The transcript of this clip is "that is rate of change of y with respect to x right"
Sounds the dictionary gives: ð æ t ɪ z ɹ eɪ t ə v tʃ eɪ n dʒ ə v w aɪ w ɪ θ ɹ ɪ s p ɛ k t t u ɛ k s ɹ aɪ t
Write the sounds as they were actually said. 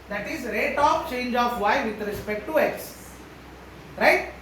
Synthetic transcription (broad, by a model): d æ t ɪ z ɹ eɪ t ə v tʃ eɪ n dʒ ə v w aɪ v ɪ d ɹ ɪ s p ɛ k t t u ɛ s ɹ aɪ t